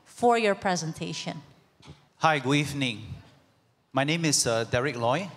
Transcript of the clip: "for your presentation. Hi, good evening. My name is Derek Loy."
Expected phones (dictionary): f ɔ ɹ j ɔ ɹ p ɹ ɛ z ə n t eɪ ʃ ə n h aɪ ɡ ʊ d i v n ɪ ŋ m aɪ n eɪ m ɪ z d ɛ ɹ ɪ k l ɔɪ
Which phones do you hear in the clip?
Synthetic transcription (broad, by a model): f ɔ ɹ j ɔ ɹ p ɹ ɛ z ə n t eɪ ʃ ə n h aɪ ɡ ʊ d i v n ɪ ŋ m aɪ n eɪ m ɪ s d ɛ ɹ ɪ k l ɔɪ